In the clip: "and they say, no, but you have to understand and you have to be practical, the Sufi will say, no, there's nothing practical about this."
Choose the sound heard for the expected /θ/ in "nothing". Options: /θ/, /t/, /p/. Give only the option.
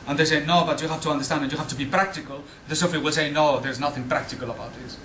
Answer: /θ/